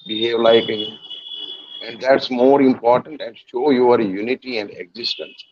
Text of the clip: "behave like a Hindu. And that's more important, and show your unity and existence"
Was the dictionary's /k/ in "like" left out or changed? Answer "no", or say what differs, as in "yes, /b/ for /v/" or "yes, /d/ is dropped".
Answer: yes, /k/ is dropped